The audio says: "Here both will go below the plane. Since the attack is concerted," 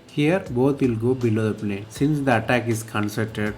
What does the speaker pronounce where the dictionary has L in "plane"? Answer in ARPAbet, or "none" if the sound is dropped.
N